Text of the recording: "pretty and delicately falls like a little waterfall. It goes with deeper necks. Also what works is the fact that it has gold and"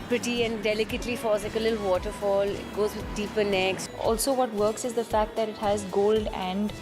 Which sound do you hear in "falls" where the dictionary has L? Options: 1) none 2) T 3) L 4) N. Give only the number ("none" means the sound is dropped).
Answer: 1